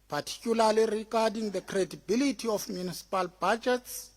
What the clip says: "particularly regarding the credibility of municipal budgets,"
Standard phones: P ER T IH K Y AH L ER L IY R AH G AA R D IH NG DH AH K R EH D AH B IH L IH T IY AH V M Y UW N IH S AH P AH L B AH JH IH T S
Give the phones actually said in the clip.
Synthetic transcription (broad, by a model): P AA T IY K Y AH L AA L IY R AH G AA D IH NG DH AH K R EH D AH B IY L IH T IY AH F M Y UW N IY S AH P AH L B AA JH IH T S